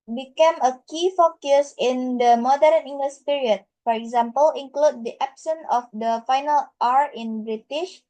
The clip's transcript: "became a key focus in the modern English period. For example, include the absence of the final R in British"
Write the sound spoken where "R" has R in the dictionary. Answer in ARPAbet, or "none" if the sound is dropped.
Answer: R